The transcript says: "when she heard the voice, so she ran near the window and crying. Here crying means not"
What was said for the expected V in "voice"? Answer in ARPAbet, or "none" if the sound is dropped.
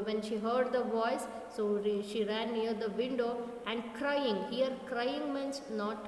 V